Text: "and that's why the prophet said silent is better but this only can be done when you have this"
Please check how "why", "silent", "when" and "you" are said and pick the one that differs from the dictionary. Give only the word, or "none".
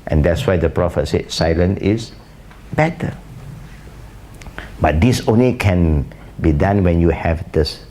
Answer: silent